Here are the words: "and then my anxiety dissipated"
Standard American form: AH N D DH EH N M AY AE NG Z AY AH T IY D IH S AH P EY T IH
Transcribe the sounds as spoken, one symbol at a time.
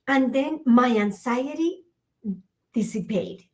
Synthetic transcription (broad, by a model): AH N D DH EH N M AY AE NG S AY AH T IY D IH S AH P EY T